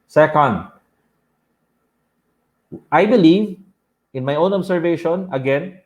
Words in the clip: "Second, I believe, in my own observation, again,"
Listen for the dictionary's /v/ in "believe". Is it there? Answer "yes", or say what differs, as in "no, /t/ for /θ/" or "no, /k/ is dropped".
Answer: yes